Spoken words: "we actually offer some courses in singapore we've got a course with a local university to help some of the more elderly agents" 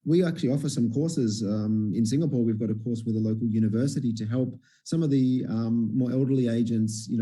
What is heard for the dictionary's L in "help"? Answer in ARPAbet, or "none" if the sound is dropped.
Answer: L